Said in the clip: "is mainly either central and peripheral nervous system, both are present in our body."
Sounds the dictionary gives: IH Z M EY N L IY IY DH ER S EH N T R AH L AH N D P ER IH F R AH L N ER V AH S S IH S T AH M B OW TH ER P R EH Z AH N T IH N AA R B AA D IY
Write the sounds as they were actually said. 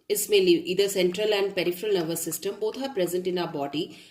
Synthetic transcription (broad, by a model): IH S M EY L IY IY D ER S EH N T R AH L AH N D P ER IH F R AH L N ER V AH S S IH S T AH M B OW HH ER P R EH Z AH N T IH N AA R B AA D IY